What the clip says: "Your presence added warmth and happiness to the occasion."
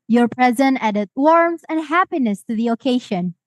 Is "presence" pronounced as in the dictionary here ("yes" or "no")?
no